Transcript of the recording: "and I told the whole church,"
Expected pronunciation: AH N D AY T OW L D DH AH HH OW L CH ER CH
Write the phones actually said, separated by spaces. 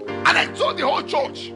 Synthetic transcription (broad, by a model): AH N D AY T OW D DH AH HH OW L CH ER CH